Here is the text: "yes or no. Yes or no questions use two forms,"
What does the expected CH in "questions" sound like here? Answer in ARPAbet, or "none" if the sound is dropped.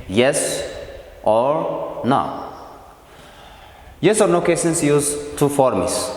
none